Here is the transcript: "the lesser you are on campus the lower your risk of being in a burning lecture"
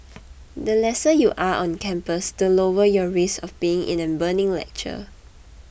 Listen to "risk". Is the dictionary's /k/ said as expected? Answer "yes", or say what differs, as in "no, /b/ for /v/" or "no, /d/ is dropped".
no, /k/ is dropped